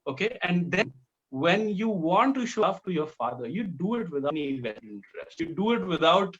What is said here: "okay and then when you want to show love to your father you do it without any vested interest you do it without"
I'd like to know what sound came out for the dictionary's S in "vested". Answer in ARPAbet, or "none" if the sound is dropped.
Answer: none